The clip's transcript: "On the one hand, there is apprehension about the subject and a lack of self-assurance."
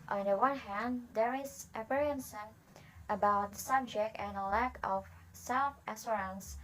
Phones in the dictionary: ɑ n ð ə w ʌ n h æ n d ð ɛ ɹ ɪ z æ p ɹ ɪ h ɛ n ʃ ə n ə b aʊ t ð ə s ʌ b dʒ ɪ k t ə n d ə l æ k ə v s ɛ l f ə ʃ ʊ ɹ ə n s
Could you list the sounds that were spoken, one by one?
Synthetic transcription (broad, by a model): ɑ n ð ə w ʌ n h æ n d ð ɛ ɹ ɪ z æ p ɪ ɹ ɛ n s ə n ə b aʊ t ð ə s ʌ b dʒ ɪ k t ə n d ə l æ k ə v s ɛ l f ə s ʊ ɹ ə n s